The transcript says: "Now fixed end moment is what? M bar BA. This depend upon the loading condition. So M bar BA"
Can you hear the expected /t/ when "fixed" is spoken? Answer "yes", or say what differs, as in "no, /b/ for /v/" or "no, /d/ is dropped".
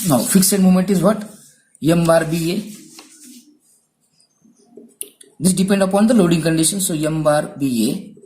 no, /t/ is dropped